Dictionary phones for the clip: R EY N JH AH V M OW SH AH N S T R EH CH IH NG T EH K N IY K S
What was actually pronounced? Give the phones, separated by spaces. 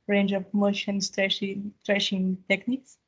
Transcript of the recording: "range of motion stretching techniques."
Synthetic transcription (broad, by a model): R EY N JH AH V M OW SH AH N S T R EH SH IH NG T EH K N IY K S